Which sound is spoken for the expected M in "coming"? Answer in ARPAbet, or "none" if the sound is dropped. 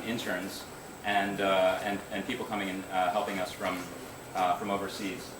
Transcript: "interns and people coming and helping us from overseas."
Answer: M